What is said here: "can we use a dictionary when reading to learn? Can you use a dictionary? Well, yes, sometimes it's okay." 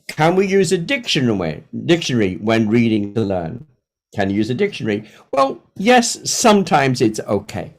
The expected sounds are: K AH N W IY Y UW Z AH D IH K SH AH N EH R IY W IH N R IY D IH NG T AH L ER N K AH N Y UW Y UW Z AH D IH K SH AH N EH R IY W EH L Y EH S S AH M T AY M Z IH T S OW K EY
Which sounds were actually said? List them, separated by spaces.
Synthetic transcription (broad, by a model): K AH N W IY Y UW Z AH D IH K SH AH N EH R IY W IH N R IY D IH NG T AH L ER N K AH N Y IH Y UW Z AH D IH K SH AH N EH R IY W EH L Y EH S S AH M T AY M Z IH T S OW K EY